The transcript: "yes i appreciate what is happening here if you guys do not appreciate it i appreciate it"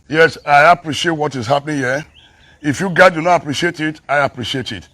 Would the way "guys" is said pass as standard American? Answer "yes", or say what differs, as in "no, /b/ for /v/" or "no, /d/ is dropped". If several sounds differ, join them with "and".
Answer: no, /z/ is dropped